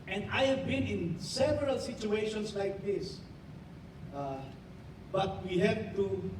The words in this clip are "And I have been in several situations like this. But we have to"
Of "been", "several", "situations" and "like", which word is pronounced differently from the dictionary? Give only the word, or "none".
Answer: situations